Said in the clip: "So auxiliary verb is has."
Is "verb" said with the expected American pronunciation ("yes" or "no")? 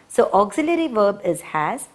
yes